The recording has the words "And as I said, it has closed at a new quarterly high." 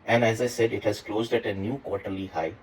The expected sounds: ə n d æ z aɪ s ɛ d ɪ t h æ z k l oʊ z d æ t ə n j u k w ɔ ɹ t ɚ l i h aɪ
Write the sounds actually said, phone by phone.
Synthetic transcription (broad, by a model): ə n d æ z aɪ s ɛ d ɪ t h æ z k l oʊ z d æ t ə n j u k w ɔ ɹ t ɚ l i h aɪ